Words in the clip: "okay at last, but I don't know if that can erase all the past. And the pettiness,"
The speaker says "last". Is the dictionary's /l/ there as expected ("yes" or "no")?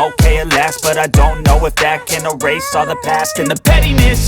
yes